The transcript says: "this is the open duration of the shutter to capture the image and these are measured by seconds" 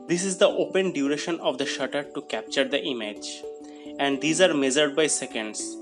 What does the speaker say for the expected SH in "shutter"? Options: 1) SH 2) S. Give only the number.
1